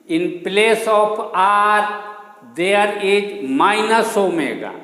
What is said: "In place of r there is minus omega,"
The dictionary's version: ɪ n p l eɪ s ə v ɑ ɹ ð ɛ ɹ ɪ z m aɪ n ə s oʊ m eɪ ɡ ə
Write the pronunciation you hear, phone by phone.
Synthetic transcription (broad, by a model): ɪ n p l eɪ s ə p ɑ ɹ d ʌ ɹ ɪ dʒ m aɪ n ə s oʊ m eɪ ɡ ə